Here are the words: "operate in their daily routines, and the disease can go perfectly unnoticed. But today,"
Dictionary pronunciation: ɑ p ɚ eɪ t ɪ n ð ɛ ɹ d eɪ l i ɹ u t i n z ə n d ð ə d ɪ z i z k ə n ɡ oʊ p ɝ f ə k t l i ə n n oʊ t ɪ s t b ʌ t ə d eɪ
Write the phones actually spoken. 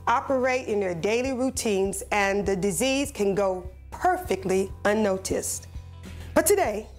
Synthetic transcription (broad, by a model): ɑ p ɚ eɪ t ɪ n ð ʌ ɹ d eɪ l i ɹ u t i n z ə n ð ə d ɪ z i z k ə n ɡ oʊ p ɝ f ə k t l i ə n n oʊ t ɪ s t b ʌ t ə d eɪ